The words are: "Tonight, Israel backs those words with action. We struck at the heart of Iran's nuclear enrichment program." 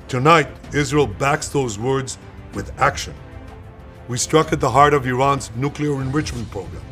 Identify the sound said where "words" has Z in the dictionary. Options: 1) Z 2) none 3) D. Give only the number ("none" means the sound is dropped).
1